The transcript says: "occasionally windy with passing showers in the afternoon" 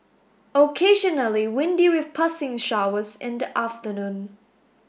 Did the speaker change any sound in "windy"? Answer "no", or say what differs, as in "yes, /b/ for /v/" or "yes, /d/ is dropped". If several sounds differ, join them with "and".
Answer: no